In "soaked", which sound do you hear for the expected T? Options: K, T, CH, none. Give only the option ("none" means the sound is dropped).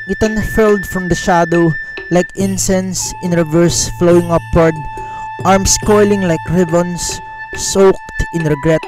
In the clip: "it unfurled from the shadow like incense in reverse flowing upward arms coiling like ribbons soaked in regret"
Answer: T